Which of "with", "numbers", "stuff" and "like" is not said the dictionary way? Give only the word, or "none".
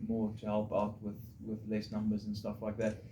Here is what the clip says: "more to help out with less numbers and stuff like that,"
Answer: none